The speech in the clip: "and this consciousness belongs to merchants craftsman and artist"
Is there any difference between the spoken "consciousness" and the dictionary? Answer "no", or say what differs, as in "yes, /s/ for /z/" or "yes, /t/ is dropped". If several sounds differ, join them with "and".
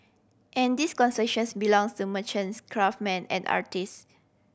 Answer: yes, /s/ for /ʃ/ and /ʃ/ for /s/